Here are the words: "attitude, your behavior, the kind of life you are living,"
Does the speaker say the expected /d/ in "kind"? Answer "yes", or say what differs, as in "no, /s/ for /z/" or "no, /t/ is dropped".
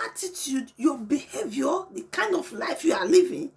yes